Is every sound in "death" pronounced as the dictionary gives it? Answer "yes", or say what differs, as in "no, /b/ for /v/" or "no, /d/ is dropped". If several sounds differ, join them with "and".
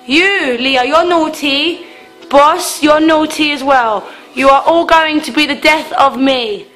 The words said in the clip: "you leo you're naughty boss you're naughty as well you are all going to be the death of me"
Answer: yes